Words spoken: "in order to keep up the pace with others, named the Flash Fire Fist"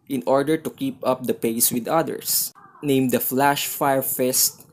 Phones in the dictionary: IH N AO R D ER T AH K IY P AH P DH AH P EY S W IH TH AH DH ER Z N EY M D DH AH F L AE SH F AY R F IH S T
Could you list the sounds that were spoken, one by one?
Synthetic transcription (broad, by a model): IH N AO R D ER T AH K IY P AH P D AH P EY S W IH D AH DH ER S N EY M D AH F L AE SH F AY R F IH S T